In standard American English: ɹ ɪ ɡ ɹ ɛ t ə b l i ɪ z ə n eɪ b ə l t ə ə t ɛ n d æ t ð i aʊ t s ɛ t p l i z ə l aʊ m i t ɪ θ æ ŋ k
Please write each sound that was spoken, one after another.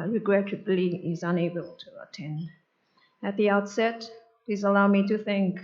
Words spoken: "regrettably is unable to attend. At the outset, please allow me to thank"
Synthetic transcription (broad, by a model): ɹ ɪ ɡ ɹ ɛ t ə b l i ɪ z ə n eɪ b ə l t ə ə t ɛ n d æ t ð i aʊ t s ɛ t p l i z ə l aʊ m i t ɪ θ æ ŋ k